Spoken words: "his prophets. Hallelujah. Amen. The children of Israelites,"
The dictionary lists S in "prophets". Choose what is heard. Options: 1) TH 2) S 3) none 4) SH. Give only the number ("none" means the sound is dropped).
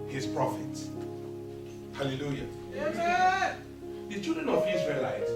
2